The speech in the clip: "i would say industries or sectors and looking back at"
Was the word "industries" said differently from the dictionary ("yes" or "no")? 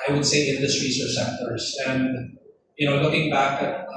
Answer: yes